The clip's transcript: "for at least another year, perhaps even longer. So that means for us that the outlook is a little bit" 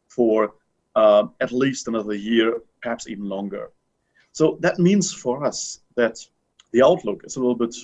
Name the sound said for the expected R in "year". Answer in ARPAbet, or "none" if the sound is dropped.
R